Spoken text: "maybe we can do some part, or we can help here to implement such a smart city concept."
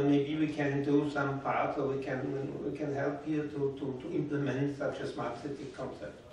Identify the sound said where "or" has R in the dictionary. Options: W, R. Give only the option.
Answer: W